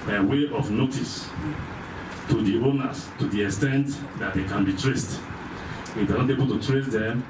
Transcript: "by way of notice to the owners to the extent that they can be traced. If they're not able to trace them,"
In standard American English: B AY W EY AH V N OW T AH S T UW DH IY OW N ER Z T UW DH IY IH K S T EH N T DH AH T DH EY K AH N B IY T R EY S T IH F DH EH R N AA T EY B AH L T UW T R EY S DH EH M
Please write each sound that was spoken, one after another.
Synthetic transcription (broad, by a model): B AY W EY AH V N OW T AH S T UW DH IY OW N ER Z T UW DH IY IH K S T EH N T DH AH T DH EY K AH N B IY T R EY S T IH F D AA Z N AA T EY B AH L T UW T R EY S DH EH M